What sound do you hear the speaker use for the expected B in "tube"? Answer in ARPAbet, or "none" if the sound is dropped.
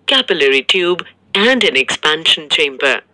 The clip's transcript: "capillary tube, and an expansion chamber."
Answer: B